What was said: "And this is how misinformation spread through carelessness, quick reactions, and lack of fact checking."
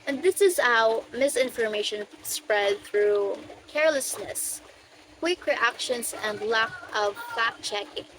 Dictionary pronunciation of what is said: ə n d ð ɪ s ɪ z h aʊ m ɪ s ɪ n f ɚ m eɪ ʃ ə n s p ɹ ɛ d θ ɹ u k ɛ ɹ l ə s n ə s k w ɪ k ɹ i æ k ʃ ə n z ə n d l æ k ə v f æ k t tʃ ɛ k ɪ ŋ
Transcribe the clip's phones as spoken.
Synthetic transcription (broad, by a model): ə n ð ɪ s ɪ z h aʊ m ɪ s ɪ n f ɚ m eɪ ʃ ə n s p ɹ ɛ d θ ɹ u k ɛ ɹ l ə s n ə s k w ɪ k ɹ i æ k ʃ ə n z ə n d l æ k ə v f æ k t tʃ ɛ k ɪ ŋ